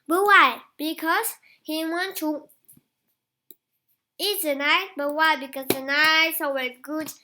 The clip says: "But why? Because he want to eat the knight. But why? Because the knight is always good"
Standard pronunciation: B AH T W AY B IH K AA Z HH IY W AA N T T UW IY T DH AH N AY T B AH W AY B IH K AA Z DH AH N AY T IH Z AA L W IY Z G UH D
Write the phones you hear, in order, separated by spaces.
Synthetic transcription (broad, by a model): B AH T W AY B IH K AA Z HH IY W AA N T T UW IY T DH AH N AY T B AH W AY B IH K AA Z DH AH N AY IH S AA W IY G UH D